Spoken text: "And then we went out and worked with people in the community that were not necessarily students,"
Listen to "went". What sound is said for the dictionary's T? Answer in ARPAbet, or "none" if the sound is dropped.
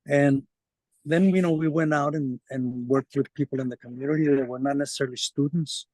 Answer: T